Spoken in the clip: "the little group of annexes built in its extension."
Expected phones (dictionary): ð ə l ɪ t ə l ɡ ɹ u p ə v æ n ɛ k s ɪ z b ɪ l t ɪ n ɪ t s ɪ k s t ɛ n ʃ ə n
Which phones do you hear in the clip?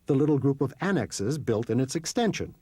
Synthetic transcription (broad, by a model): ð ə l ɪ t l ɡ ɹ u p ə v æ n ɛ k s ɪ z b ɪ l t ɪ n ɪ t s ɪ k s t ɛ n ʃ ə n